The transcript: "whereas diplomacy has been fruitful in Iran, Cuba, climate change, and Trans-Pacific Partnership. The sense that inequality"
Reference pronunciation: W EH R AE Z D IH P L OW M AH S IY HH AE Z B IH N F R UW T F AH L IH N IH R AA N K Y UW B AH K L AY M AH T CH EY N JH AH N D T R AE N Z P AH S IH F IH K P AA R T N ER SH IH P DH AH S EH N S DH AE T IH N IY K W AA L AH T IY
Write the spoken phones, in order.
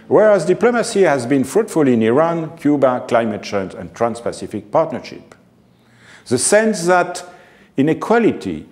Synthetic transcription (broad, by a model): W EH R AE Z D IH P L OW M AH S IY HH AE Z B IH N F R UW T F AH L IH N IH R AA N K Y UW B AH K L AY M AH T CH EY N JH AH N T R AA N S P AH S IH F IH K P AA R T N ER SH IH P DH AH S EH N S DH AE T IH N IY K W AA L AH T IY